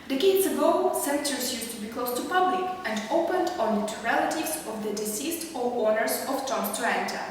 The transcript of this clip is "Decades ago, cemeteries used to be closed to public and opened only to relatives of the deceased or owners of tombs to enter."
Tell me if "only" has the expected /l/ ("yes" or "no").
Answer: no